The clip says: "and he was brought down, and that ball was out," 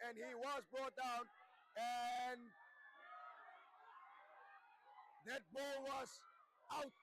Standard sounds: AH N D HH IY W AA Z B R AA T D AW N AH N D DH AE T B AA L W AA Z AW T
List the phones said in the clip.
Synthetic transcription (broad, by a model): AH N HH IY W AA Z B R AA T D AW N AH N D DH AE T B AA L W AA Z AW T